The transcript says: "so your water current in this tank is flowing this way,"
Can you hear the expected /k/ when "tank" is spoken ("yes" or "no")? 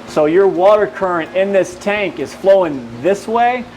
yes